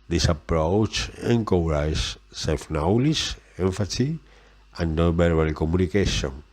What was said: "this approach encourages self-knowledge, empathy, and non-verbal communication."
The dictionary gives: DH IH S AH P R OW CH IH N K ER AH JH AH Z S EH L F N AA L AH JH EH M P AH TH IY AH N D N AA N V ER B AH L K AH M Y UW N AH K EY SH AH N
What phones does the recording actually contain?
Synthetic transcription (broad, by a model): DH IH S AH P R OW CH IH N K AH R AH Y S EH L F N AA L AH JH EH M F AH S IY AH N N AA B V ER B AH L K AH M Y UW N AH K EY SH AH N